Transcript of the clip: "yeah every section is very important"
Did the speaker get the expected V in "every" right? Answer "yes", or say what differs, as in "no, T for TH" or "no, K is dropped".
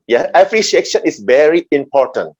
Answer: no, P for V